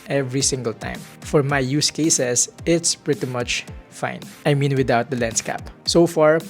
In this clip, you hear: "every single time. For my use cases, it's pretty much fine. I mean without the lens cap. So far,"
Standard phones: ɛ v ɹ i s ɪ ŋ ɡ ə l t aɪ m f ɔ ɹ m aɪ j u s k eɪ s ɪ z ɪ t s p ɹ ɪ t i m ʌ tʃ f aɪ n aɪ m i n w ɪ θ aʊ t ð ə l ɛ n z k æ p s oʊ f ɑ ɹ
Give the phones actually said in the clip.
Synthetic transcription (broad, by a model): ɛ v ɹ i s ɪ ŋ ɡ ə l t aɪ m f ɔ ɹ m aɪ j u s k eɪ s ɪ s ɪ t s p ɹ ɪ t i m ʌ tʃ f aɪ n aɪ m i n w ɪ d aʊ t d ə l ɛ n s k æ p s oʊ f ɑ ɹ